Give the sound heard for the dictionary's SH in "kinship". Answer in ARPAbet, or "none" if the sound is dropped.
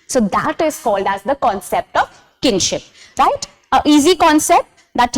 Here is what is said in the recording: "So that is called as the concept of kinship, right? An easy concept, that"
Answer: SH